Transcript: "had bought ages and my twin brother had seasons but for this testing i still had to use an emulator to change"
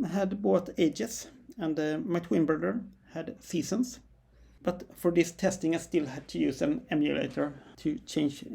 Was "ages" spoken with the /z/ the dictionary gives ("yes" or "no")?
no